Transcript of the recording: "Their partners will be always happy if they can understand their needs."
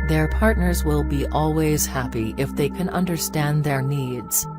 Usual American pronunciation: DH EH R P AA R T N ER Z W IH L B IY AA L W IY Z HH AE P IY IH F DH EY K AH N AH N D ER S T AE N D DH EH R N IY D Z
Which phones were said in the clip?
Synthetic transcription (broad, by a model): DH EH R P AA R T N ER Z W IH L B IY AA L W IY Z HH AE P IY IH F DH EY K AH N AH N D ER S T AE N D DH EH R N IY D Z